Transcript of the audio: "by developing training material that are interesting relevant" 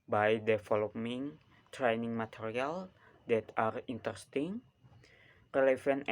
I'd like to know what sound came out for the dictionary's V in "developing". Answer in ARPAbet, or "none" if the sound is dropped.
F